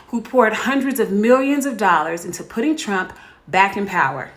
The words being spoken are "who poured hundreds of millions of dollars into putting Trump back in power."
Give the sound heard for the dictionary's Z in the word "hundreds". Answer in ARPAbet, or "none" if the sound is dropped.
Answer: Z